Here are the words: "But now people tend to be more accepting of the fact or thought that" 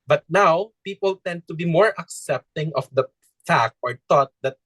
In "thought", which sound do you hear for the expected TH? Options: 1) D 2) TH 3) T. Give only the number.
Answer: 3